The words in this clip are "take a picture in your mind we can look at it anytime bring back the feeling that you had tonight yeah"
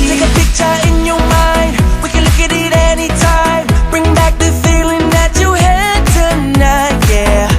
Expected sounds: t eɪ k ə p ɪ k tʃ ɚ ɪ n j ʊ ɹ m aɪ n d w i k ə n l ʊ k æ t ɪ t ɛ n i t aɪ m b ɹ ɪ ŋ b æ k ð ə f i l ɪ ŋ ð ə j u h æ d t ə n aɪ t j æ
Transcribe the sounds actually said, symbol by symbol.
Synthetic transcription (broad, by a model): t eɪ k ə p ɪ k tʃ ɚ ɪ n j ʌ ɹ m aɪ n d w i k ə n l ʊ k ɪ t ɪ t ɛ n i t aɪ m b ɹ ɪ ŋ b æ k ð ə f i l ɪ ŋ ð ə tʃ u h æ d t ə n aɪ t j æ